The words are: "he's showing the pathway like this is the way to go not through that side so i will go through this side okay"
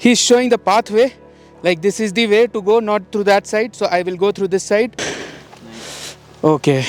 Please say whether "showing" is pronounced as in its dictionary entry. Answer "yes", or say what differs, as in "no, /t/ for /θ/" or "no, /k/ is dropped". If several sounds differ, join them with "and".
yes